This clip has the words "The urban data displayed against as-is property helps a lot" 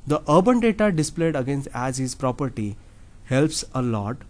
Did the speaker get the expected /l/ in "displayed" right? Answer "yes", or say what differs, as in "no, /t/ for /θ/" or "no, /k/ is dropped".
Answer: yes